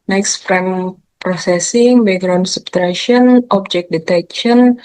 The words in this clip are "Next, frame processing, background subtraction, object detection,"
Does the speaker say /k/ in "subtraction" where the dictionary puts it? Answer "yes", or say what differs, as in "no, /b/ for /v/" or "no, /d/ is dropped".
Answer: no, /k/ is dropped